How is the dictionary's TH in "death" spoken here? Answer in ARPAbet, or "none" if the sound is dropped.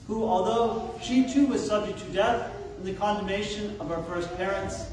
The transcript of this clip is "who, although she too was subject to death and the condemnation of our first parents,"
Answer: TH